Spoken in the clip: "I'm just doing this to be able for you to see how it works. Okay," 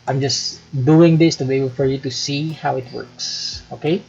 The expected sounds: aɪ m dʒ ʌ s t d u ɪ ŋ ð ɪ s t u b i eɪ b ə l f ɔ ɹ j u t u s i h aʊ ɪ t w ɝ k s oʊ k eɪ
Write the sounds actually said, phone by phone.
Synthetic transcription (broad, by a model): aɪ m dʒ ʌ s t d u ɪ ŋ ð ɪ s t u b i eɪ b ə l f ɔ ɹ j u t u s i h aʊ ɪ t w ɝ k s oʊ k eɪ